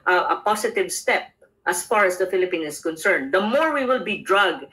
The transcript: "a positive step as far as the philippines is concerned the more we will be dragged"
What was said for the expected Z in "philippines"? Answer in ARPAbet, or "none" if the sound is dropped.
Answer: none